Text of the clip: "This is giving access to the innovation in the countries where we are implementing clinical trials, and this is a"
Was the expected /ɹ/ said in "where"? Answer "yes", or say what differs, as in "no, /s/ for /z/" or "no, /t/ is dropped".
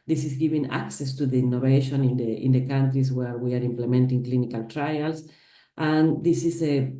yes